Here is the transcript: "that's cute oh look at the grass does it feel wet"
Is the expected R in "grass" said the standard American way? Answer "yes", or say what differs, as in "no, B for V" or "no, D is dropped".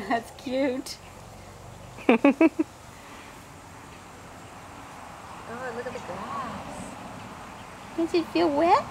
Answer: no, R is dropped